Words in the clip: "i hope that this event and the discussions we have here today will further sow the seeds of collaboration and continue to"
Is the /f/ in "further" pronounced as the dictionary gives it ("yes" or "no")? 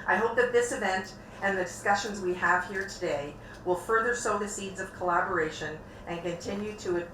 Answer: yes